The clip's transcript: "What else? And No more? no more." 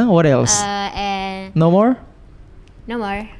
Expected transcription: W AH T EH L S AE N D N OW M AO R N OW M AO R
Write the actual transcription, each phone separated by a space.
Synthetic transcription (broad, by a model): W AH T EH L S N N OW M AO R N OW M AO R